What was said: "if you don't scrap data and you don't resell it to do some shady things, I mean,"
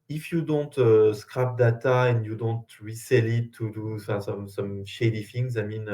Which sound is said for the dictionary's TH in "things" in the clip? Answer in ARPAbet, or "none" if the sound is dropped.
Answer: F